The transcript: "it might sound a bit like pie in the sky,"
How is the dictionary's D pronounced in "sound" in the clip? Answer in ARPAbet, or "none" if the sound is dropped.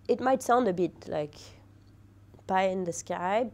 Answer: D